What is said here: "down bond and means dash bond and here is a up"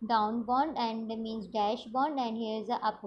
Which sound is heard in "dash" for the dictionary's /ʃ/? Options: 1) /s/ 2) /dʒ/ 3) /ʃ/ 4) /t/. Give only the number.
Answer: 3